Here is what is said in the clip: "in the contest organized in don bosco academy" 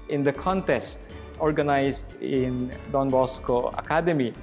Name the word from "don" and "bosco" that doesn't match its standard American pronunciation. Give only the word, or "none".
none